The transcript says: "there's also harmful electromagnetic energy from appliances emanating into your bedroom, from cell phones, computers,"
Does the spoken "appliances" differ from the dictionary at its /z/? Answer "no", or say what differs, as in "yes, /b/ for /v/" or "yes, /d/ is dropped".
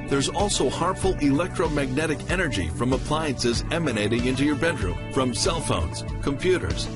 no